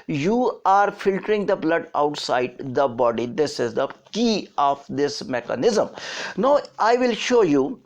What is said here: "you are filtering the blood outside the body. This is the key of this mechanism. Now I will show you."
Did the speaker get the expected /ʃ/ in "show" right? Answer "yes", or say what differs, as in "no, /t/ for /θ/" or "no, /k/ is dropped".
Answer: yes